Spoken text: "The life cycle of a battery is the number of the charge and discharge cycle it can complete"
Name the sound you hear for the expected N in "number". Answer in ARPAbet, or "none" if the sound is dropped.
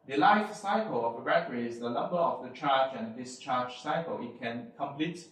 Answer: L